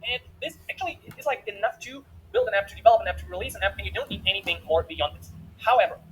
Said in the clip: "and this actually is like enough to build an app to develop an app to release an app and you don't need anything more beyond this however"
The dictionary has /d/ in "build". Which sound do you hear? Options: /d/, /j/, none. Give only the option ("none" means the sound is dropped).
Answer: /d/